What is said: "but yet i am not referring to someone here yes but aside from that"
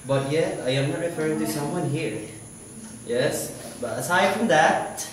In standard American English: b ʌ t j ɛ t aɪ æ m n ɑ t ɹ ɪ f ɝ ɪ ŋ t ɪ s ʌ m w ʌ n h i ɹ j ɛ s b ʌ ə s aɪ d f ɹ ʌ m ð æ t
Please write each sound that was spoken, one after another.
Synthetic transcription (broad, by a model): b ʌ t j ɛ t aɪ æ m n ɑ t ɹ ɪ f ɝ ɪ ŋ t ɪ s ʌ m w ʌ n h i ɹ j ɛ s b ʌ ə s aɪ d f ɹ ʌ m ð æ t